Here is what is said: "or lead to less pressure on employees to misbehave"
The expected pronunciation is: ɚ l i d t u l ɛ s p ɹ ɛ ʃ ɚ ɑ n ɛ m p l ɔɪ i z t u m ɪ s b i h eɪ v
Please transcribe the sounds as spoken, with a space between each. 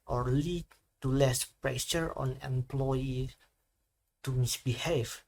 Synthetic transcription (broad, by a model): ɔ l i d t u l ɛ s p ɹ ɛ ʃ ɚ ɑ n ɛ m p l ɔɪ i t u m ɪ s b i h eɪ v